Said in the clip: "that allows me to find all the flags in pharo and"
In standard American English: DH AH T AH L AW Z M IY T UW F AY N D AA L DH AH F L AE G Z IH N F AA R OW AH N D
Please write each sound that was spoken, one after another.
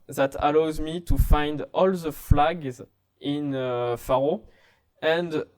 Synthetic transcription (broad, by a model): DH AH T AH L AW Z M IY T UW F AY N D AA L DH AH F L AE G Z IH N F AA R OW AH N D